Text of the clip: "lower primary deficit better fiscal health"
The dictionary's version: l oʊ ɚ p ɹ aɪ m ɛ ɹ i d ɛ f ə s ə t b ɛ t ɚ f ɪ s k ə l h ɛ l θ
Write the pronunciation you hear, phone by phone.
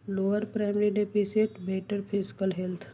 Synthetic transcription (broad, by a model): l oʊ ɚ p ɹ aɪ m ɛ ɹ i d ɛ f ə s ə t b ɛ t ɚ p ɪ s k ə l h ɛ l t